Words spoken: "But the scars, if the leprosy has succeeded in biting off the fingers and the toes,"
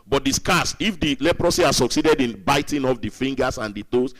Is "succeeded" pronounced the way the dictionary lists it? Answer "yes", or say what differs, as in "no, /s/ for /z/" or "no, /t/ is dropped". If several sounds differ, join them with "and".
yes